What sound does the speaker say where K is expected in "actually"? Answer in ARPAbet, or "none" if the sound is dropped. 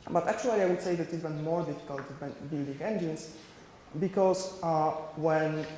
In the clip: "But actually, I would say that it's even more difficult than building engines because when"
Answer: K